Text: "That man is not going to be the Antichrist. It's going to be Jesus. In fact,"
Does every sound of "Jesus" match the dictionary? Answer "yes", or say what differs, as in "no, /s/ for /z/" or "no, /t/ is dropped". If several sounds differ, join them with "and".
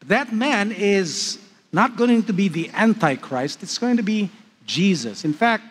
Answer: yes